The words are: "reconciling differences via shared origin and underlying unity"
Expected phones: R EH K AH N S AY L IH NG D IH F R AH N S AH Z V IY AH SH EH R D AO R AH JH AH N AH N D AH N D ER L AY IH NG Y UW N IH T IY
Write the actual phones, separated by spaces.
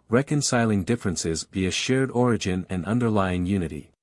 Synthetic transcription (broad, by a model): R EH K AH N S AY L IH NG D IH F R AH N S AH Z B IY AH SH EH R D AO R AH JH AH N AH N AH N D ER L AY IH NG Y UW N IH T IY